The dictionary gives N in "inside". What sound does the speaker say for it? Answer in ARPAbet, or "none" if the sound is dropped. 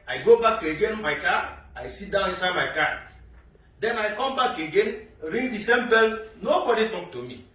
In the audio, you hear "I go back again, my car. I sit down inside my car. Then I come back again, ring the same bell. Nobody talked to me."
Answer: none